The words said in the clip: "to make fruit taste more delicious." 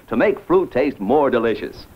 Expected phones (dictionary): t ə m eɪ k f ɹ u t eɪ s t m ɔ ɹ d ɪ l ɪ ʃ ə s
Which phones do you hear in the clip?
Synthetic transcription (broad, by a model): t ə m eɪ k f ɹ u t eɪ s t m ɔ ɹ d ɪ l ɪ ʃ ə s